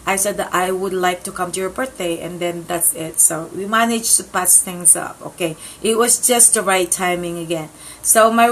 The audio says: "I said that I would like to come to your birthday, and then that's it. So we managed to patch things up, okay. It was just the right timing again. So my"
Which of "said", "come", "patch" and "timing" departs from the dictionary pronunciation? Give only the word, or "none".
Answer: patch